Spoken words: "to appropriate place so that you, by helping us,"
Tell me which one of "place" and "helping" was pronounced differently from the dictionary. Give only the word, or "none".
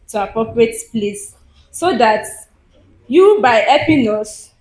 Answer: helping